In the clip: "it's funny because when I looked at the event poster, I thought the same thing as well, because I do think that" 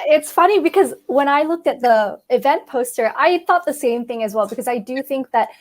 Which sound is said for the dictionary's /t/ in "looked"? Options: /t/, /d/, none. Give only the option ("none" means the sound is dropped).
/t/